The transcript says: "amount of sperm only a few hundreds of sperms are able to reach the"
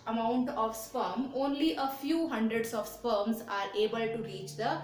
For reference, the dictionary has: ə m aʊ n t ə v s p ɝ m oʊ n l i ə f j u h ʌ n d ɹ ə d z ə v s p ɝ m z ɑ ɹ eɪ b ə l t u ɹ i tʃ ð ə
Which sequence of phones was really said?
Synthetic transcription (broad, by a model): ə m aʊ n t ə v s p ɝ m oʊ n l i ə f j u h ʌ n d ɹ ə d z ə v s p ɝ m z ɑ ɹ eɪ b ə l t u ɹ i tʃ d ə